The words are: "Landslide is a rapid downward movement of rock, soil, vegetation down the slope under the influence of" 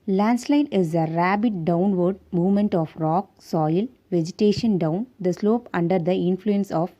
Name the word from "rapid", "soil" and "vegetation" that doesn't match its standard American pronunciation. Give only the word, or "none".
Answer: rapid